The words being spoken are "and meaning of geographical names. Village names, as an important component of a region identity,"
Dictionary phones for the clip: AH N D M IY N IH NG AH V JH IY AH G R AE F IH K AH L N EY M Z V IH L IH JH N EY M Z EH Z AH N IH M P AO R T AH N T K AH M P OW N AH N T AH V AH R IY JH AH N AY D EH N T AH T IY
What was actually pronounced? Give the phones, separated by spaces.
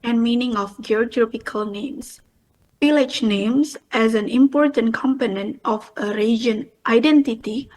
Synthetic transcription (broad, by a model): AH N M IY N IH NG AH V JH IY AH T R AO P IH K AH L N EY M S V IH L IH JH N EY M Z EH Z AH N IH M P AO R T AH N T K AH M P OW N AH N T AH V AH R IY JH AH N AY D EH N T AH T IY